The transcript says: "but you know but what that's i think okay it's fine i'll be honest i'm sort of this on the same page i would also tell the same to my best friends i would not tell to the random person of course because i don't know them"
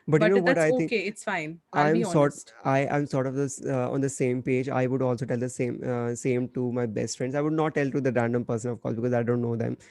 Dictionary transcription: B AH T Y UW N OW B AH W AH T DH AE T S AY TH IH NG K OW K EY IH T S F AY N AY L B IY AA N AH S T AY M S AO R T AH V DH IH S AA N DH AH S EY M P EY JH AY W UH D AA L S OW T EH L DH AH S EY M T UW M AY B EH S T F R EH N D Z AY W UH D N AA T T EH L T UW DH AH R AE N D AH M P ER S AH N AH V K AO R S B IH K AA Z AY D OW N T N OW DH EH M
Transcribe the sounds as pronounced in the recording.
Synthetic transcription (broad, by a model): B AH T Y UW N OW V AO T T AY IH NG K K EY IH T S F AY N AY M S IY AA AH T AY M S AO R T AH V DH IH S AA N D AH S EY M P EY JH AY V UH D AA L S OW T EH L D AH S EY M T UW M AY B EH S T F R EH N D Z AY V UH D N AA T T EH L T UW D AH R AE N D AH M P ER S AH N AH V K AO R S B IH K AA Z AY D OW N T N OW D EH M